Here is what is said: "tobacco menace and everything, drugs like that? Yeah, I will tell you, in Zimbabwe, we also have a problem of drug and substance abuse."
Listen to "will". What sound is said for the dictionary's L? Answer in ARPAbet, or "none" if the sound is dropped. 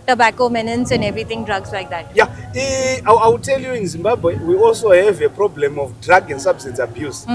W